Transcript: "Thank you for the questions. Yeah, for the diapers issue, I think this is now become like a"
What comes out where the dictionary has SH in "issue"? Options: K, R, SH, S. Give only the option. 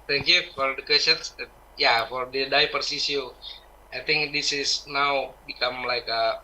S